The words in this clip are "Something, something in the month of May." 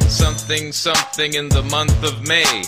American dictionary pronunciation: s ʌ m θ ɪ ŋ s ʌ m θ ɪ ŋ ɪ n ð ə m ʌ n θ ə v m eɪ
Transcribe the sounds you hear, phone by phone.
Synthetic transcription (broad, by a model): s ʌ m θ ɪ ŋ s ʌ m θ ɪ ŋ ɪ n ð ə m ʌ n θ ə v m eɪ